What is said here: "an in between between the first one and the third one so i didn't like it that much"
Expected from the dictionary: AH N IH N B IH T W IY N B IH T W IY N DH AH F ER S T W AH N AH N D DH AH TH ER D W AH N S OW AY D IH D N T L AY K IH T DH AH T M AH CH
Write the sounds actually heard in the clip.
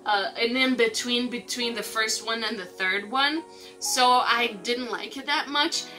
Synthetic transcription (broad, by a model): AH N IH N B IH T W IY N B IH T W IY N DH AH F ER S T W AH N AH N DH AH TH ER D W AH N S OW AY D IH D N T L AY K IH T DH AH T M AH CH